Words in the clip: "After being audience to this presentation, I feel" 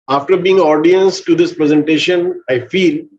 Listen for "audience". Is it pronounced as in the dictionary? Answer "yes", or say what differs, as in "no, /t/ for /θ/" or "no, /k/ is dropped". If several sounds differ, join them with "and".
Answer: yes